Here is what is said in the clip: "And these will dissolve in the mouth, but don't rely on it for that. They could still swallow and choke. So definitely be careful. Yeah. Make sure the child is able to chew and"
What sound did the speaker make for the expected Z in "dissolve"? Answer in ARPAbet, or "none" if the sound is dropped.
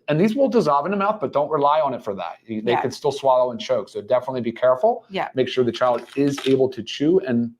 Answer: Z